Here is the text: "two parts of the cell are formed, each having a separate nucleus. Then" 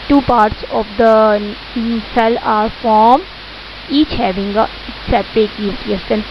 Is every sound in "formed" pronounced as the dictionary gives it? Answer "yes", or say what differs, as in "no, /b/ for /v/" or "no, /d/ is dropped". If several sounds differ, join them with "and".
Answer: no, /d/ is dropped